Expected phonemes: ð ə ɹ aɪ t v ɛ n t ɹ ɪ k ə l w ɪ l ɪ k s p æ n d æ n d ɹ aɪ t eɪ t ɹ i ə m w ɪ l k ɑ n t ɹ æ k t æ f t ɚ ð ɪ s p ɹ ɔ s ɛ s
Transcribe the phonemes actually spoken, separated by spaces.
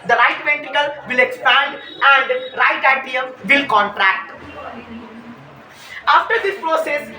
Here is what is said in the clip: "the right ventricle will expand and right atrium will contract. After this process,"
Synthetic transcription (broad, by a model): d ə ɹ aɪ t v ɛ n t ɪ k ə l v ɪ l ɪ k s p æ n d æ n d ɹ aɪ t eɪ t i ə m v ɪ l k ɑ n t ɹ æ k t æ f t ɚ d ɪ s p ɹ ɔ s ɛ s